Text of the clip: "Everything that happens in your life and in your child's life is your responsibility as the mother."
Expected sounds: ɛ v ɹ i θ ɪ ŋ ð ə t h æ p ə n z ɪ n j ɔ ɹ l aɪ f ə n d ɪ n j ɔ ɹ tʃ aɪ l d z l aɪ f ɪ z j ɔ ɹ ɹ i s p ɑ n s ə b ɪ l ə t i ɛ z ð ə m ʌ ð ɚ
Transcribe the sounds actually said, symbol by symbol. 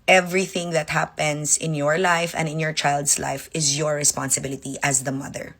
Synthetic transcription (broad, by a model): ɛ v ɹ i θ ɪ ŋ ð ə t h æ p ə n s ɪ n j ɔ ɹ l aɪ f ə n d ɪ n j ɔ ɹ tʃ aɪ l d s l aɪ f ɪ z j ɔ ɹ ɹ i s p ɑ n s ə b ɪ l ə t i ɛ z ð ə m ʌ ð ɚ